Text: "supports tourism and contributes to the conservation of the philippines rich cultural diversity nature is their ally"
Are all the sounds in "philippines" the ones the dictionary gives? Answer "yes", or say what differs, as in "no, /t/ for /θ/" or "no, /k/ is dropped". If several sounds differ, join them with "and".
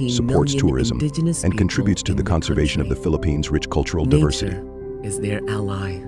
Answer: yes